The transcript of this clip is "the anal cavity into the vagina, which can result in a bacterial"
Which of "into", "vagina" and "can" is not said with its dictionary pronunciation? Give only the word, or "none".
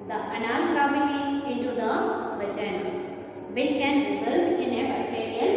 vagina